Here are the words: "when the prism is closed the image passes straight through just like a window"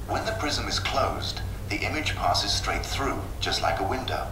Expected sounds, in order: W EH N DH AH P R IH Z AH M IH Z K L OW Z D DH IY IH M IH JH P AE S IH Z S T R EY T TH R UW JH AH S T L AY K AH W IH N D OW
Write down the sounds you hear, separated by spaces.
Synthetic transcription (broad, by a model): W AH N DH AH P R IH Z AH M IH Z K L OW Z DH IY IH M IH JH P AE S IH Z S T R EY T TH R UW JH AH S T L AY K AH W IH N D OW